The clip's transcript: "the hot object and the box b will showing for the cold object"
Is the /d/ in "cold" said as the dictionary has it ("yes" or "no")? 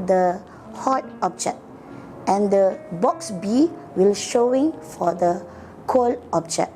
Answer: no